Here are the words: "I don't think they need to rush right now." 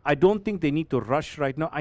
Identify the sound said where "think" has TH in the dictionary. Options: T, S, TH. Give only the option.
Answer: T